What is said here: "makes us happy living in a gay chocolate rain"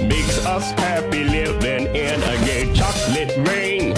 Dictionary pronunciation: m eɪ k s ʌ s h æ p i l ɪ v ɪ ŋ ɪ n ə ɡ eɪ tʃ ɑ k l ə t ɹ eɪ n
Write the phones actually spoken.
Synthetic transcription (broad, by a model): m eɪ k s ʌ s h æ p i l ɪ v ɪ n ɪ n ə ɡ eɪ tʃ ɑ k l ə t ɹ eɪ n